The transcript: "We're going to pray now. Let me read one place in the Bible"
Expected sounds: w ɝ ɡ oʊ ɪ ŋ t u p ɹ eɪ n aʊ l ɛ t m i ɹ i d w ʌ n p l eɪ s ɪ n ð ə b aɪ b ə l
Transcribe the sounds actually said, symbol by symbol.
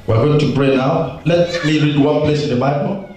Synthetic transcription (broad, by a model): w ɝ ɡ oʊ ɪ ŋ t u b ɹ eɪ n aʊ l ɛ t m i ɹ i d w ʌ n p l eɪ s ɪ n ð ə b aɪ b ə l